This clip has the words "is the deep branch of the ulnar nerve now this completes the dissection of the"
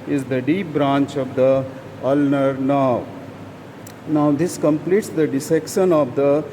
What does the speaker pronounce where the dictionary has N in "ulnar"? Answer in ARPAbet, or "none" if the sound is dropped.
N